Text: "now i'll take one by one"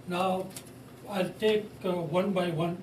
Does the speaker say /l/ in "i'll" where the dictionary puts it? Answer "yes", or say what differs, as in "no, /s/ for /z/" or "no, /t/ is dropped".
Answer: yes